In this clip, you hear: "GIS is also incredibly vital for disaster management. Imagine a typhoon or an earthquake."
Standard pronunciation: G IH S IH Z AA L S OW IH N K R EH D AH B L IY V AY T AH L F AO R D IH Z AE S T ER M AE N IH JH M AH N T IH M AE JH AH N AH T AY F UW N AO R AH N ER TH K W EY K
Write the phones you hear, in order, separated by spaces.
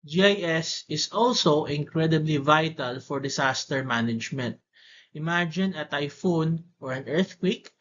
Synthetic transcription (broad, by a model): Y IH S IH S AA L S OW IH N K R EH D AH B L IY V AY T AH L F AO R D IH S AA S T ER M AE N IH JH M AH N T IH M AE JH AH N AH T AY F UW N AO R AH N ER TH K W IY K